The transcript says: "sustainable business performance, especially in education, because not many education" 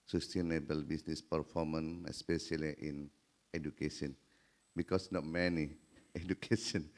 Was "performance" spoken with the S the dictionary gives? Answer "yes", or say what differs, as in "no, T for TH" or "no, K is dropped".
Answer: no, S is dropped